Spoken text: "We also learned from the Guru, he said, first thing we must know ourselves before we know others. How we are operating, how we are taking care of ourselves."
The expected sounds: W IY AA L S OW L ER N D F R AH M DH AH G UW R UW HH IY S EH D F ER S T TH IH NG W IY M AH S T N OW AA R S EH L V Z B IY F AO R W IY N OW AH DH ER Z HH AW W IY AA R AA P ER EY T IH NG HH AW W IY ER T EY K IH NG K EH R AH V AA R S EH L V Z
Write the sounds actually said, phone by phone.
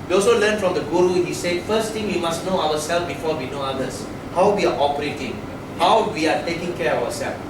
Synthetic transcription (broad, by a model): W IY AA L S OW L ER N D F R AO M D AH G UW R UW HH IY S EH D F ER S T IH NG W IY M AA S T N OW AA W S EH L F B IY F AO W IY N OW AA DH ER S HH AW W IY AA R AA P ER EY T IH NG HH AW W IY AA T EY K IH NG K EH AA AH W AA S EH L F